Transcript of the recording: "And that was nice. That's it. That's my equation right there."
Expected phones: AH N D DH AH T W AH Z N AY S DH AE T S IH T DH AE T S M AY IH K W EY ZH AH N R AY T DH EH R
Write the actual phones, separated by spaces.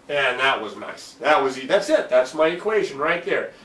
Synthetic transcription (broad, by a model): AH N DH AH T W AH Z N AY S DH AE T S IH T DH AE T S M AY IH K W EY ZH AH N R AY T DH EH R